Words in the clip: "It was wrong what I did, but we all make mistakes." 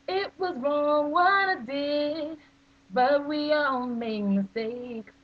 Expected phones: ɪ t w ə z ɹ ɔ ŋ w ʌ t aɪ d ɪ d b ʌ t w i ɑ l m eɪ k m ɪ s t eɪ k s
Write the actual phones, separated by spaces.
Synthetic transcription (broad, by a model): ɪ t w ə z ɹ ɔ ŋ w ʌ t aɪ d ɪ b ʌ t w i ɑ l m eɪ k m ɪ s t eɪ k